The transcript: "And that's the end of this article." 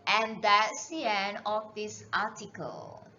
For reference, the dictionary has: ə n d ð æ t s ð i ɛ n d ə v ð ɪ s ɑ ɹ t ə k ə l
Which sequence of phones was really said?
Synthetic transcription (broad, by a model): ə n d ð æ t s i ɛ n ə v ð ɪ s ɑ t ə k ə l